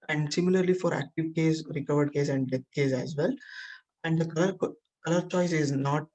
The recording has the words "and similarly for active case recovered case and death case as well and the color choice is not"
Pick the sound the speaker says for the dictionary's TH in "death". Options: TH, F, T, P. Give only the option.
T